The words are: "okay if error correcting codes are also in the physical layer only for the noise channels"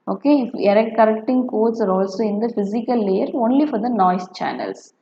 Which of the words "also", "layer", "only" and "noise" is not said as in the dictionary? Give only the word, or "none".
noise